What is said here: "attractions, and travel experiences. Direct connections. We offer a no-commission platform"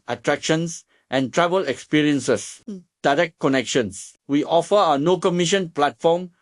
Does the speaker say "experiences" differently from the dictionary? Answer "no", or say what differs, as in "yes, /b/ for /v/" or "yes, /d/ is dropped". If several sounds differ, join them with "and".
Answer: yes, /s/ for /z/